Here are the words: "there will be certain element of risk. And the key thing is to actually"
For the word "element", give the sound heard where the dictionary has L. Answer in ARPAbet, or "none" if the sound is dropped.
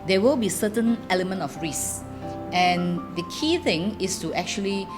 L